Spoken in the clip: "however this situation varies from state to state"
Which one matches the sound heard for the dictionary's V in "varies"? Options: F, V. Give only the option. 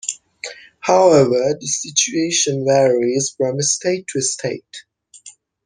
V